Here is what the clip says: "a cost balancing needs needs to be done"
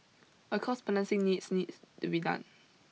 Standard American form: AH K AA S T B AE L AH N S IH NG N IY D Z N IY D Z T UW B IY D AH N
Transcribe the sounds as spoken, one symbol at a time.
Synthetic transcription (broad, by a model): AH K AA S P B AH N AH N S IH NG N IY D S N IY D T UW B IY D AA N